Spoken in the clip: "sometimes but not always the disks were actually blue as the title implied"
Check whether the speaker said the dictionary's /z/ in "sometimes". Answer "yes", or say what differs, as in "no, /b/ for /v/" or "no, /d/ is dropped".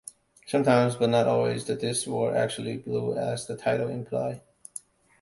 yes